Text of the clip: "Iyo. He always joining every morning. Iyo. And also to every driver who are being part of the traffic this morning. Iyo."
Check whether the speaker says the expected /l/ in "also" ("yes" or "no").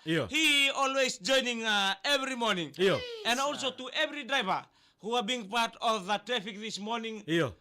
yes